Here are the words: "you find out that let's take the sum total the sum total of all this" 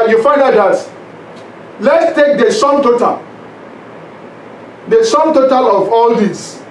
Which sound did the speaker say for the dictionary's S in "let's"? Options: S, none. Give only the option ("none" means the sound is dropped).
S